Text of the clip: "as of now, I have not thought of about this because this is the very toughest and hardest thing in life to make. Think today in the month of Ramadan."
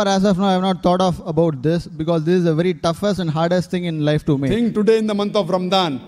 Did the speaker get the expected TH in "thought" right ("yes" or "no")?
no